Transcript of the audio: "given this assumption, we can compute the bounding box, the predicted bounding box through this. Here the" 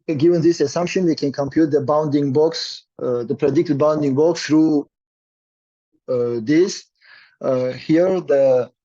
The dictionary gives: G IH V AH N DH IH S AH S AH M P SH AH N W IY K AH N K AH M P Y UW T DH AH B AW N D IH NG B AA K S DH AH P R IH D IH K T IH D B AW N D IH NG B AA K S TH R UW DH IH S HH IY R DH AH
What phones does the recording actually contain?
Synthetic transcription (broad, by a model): G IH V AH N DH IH S AH S AH M P SH AH N W IY K AH N K AH M P Y UW T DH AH B AW N D IH NG B AA K S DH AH P R IH D IH K T IH D B AW N D IH NG B AA K S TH R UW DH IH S HH IY R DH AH